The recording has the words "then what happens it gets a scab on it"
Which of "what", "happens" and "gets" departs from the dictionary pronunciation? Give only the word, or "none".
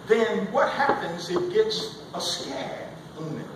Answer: none